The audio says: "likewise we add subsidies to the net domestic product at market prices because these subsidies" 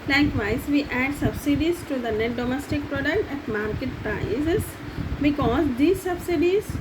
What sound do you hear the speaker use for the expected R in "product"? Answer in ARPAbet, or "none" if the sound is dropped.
R